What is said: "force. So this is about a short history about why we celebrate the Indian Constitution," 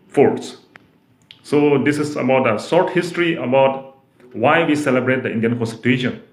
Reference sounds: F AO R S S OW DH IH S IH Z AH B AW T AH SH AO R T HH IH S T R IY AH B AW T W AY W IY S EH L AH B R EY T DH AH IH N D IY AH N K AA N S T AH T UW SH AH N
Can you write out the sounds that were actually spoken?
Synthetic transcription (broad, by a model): F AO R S S OW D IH S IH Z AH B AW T AH S AO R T HH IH S T R IY AH B AW T W AY W IY S EH L AH B R EY T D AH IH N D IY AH N K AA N S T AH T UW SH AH N